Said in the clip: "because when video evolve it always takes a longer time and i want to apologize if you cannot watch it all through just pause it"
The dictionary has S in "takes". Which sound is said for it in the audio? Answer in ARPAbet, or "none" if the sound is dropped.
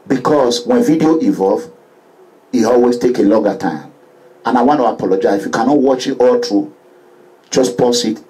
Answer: none